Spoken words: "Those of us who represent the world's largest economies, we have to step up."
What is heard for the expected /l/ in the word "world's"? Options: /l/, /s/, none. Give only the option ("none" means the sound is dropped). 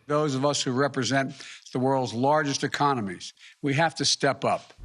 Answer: /l/